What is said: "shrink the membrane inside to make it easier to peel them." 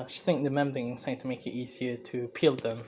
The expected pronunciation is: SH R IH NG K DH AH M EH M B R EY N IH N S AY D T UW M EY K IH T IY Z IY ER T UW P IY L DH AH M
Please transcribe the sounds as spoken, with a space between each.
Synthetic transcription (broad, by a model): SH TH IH NG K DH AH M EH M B AH IH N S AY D T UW M EY K IH T IY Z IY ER T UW P IY L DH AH M